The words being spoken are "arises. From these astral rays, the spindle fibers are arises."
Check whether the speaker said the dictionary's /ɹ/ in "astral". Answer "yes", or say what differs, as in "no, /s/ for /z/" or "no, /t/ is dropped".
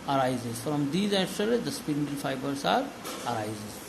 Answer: no, /ɹ/ is dropped